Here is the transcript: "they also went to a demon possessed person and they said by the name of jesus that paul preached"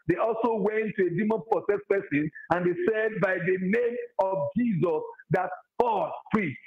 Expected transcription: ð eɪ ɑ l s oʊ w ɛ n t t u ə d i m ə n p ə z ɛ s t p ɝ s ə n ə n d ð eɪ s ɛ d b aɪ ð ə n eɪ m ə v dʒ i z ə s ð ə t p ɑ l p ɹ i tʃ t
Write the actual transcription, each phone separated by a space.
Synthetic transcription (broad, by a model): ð eɪ ɑ l s oʊ w ɛ n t t u ə d i m ə n p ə s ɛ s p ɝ s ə n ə n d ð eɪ s ɛ d b aɪ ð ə n eɪ m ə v dʒ i z ə s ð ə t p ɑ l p ɹ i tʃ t